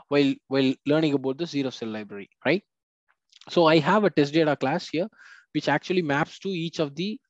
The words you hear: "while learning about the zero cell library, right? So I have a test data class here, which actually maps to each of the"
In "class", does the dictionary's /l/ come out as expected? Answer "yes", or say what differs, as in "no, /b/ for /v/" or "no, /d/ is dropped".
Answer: yes